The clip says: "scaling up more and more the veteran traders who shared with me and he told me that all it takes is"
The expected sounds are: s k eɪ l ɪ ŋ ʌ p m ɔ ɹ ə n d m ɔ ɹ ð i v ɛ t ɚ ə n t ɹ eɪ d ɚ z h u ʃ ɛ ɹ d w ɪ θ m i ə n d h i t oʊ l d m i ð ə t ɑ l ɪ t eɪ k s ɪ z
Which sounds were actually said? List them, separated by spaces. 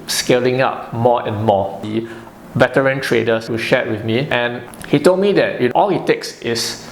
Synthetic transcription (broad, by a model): s k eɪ l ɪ ŋ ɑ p m ɔ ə n m ɔ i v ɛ t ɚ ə n t ɹ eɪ d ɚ s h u ʃ ɛ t w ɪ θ m i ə n h i t oʊ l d m i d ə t ɑ l ɪ t eɪ k s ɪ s